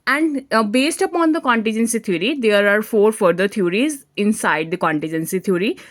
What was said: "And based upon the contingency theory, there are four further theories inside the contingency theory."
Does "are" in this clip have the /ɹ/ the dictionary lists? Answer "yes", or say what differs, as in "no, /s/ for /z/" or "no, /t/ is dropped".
yes